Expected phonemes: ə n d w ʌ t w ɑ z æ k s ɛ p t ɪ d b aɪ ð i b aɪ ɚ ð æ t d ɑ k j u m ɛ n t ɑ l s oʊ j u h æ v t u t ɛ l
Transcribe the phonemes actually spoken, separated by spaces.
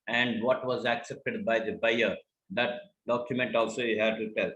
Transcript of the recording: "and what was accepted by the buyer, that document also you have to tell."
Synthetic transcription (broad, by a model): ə n d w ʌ t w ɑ z æ k s ɛ p t ɪ d b aɪ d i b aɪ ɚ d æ t d ɑ k j u m ɛ n t ɑ l s oʊ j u h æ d t u t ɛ l